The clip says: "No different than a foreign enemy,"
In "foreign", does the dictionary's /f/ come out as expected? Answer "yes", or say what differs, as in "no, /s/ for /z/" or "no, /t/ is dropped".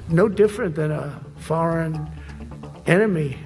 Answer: yes